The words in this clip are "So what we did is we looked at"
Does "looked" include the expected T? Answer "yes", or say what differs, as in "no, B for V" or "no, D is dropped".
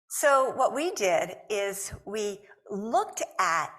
yes